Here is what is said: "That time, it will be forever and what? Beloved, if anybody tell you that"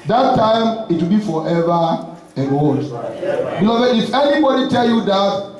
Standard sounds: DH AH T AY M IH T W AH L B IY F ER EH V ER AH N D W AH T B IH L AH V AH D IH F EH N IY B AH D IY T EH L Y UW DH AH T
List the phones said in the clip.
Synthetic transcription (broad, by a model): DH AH T AY M IH T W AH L B IY F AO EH V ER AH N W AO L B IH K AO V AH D IH F EH N IY B AH D IY T EH L Y UW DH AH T